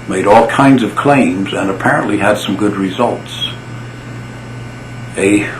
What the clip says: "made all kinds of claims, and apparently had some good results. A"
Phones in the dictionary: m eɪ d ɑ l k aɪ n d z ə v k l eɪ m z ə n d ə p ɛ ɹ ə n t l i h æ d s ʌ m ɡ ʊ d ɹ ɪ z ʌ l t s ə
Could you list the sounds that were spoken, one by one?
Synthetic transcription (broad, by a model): m eɪ d ɑ l k aɪ n d z ə v k l eɪ m z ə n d ə p ɛ ɹ ə n t l i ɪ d s ʌ m ɡ ʊ d ɹ ɪ z ʌ l t s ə